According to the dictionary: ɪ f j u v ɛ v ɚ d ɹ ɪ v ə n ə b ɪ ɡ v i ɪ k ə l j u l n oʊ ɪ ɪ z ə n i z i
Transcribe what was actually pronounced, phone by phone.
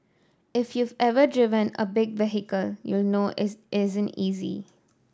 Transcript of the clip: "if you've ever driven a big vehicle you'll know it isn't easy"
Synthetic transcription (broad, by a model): ɪ f j u v ɛ v ɚ d ɹ ɪ v ə n ə b ɪ ɡ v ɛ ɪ k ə l j u l n oʊ ɪ ɪ z ə n i z i